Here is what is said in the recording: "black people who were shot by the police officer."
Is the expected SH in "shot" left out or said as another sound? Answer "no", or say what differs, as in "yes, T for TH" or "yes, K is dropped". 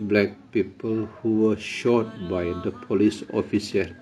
no